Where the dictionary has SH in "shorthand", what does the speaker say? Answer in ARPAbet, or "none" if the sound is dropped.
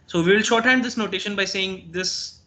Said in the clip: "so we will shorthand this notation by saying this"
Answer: SH